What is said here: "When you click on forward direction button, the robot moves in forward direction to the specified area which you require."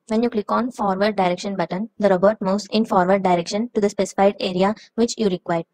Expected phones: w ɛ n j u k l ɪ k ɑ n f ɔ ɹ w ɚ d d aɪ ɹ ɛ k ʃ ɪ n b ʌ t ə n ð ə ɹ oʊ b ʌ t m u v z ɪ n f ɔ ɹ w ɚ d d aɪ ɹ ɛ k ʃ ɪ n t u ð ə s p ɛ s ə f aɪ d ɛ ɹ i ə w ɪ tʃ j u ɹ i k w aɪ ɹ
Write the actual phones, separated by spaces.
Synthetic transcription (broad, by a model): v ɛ n j u k l ɪ k ɑ n f ɔ ɹ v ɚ d d aɪ ɹ ɛ k ʃ ɪ n b ʌ t ə n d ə ɹ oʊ b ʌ t m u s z ɪ n f ɔ ɹ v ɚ d d aɪ ɹ ɛ k ʃ ɪ n t u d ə s p ɛ s ə f aɪ d ɛ ɹ i ə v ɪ tʃ j u ɹ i k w aɪ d